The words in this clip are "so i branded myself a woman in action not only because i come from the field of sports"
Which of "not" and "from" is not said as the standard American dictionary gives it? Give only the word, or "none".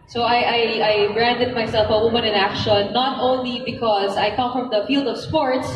none